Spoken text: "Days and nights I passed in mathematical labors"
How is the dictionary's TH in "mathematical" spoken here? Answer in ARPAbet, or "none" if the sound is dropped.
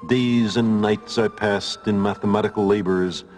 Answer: TH